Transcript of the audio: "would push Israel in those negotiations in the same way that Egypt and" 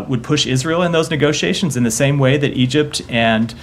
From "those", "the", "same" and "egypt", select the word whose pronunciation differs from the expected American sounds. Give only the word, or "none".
none